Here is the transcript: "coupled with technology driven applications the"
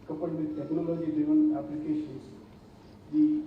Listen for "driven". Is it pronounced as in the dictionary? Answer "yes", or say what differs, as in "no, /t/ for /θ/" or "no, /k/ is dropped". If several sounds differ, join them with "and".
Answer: no, /ɹ/ is dropped